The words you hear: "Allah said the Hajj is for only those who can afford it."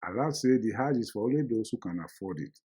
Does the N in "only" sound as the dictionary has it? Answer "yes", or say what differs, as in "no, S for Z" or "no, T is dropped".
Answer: no, N is dropped